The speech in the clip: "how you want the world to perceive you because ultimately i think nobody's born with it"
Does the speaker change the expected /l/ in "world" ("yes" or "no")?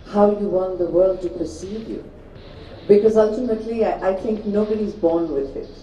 no